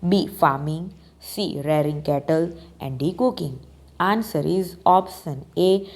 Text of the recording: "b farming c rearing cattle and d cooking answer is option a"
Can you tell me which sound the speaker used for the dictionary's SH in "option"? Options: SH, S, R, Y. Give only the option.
S